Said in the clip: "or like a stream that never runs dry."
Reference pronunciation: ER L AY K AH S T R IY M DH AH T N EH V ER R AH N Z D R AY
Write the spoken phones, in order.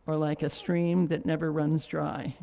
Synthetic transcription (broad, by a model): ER L AY K AH S T R IY M DH AH T N EH V ER R AH N Z D R AY